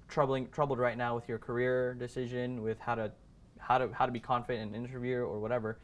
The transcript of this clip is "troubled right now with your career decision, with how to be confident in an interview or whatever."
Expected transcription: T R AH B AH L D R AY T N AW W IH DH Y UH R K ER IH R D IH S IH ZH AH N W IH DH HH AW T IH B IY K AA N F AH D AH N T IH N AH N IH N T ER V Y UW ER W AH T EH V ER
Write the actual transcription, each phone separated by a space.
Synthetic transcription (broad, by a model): T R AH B AH L D R AY T N AW W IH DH Y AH R K ER IH R D IH S IH ZH AH N W IH DH HH AW T IH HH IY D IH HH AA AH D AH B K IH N AH N IH N T ER V Y UW ER W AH T EH V ER